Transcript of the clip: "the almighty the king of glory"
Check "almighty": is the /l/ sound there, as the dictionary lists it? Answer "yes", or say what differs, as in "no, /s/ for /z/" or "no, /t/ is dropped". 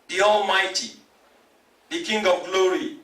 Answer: yes